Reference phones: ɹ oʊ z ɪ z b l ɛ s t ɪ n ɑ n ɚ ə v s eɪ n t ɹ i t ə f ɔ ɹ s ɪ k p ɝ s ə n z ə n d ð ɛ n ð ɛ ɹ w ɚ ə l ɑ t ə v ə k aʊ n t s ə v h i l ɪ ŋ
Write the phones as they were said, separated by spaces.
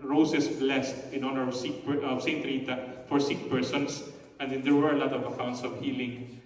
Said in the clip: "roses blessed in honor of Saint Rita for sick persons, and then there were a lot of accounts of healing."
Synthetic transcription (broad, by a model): ɹ oʊ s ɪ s b l ɛ s t ɪ n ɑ n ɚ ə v s eɪ n t ɹ i t ə f ɔ ɹ s ɪ k p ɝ s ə n s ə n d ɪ n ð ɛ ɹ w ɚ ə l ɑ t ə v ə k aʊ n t s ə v h i l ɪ ŋ